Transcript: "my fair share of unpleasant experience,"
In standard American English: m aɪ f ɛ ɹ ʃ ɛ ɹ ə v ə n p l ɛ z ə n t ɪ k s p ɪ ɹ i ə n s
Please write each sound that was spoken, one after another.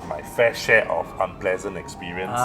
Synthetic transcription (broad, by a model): m aɪ f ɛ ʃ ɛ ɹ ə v ə n p l ɛ z ə n t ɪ k s p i ɹ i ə n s